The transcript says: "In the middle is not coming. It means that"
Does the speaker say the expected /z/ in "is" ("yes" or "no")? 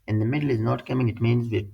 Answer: yes